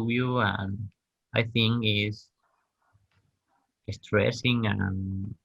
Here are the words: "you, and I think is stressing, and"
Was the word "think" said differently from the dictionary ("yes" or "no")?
no